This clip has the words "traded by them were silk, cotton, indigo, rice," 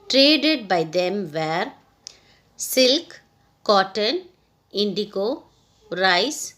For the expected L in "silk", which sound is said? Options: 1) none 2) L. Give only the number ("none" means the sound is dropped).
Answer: 2